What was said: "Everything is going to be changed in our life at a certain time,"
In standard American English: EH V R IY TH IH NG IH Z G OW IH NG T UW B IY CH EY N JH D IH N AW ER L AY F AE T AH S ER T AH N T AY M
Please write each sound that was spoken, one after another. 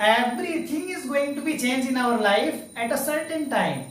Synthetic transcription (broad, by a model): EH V R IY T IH NG IH Z G OW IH NG T UW B IY CH EY N JH IH N AW ER L AY F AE T AH S ER T AH N T AY M